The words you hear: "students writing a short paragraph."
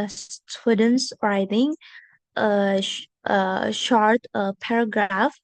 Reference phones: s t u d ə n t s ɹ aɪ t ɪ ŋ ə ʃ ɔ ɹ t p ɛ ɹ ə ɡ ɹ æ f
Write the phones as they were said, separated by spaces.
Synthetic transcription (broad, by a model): s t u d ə n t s ɹ aɪ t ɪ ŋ ə ʃ ɔ ɹ t p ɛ ɹ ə ɡ ɹ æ f